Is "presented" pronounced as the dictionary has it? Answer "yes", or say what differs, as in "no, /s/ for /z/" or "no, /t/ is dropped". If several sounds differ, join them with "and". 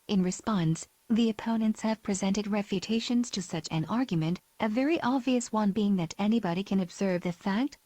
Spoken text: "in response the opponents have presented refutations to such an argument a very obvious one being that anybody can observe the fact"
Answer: yes